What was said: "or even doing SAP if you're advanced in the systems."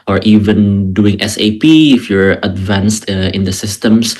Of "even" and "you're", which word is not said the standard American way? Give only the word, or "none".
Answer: none